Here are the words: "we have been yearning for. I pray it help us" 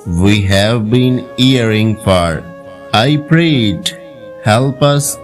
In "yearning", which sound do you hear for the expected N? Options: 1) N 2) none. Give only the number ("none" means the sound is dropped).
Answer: 2